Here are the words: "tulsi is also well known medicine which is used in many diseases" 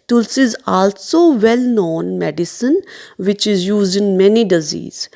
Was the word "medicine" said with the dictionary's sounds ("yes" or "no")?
yes